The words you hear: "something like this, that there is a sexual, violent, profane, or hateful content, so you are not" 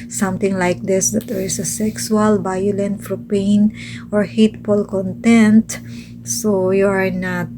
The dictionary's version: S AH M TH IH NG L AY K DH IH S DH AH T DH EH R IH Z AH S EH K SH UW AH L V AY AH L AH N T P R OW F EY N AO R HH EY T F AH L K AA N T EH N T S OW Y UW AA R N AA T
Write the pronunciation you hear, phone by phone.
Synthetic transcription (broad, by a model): S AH M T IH NG L AY K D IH S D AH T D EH R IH S AH S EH K S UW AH L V AY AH L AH N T F R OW P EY N AO R HH EY T F AH L K AA N T EH N T S OW Y UW AA R N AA T